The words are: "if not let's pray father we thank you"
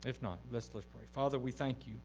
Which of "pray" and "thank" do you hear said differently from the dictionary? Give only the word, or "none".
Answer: none